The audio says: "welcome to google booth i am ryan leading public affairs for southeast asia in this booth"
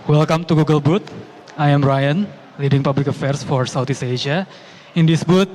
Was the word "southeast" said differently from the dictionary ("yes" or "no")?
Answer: yes